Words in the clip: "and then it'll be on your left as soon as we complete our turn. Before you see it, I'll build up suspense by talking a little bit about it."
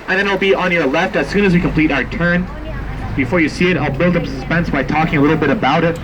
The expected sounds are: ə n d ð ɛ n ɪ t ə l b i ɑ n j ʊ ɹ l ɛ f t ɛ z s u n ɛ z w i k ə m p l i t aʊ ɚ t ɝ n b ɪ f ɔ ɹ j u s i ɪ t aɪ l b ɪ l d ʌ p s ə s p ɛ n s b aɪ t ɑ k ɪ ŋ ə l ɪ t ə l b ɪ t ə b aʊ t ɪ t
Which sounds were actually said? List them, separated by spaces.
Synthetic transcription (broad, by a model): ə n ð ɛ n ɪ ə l b i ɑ n j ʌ ɹ l ɛ f t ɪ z s u n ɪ z w i k ə m p l i t aʊ ɚ t ɝ n b ɪ f ɔ ɹ j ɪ s i ɪ t aɪ l b ɪ l d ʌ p s ə s p ɛ n s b aɪ t ɑ k ɪ ŋ ə l ɪ t l b ɪ t ə b aʊ t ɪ t